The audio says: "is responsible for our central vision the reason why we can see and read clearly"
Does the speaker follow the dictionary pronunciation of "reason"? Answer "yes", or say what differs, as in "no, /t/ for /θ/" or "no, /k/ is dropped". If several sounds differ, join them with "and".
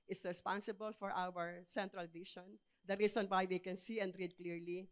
no, /s/ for /z/